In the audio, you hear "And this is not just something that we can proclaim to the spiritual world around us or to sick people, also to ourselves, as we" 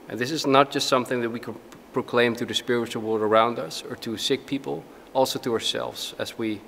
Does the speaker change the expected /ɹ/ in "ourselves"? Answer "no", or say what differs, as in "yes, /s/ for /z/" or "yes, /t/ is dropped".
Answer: no